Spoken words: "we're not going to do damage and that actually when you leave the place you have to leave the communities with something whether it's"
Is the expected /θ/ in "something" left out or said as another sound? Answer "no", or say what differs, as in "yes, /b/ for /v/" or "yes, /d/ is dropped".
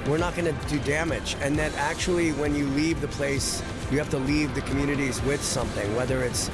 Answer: no